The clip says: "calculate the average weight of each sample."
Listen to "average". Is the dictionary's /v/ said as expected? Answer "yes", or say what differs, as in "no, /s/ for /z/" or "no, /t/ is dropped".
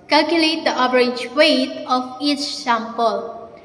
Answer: no, /b/ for /v/